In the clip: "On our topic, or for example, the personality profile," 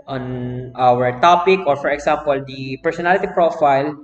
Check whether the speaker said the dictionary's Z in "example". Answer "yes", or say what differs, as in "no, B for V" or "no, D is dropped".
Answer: no, S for Z